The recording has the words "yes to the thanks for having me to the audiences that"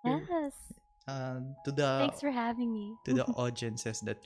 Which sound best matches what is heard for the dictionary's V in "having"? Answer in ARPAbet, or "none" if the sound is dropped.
V